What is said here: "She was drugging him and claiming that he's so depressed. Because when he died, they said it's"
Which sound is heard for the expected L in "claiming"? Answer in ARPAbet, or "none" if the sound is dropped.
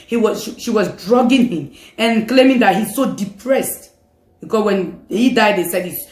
L